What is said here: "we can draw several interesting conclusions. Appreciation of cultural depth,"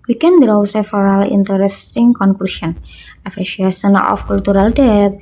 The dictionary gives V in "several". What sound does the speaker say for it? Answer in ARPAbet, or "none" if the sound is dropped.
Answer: F